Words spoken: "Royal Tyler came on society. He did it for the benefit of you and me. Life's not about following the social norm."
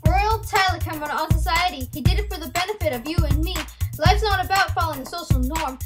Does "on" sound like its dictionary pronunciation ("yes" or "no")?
no